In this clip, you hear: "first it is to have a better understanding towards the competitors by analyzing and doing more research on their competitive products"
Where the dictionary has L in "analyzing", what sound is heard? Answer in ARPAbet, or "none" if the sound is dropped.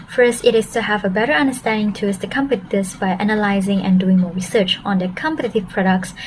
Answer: L